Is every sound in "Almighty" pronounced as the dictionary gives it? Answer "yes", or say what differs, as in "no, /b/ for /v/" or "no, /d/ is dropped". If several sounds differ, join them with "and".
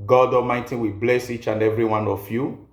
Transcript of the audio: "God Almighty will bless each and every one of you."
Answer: no, /l/ is dropped